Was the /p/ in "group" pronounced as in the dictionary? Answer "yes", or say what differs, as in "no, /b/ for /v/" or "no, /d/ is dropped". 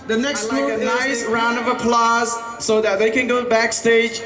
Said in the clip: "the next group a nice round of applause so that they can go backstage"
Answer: no, /p/ is dropped